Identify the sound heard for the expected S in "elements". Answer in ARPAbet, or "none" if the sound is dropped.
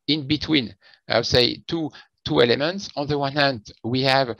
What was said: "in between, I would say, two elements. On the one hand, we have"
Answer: S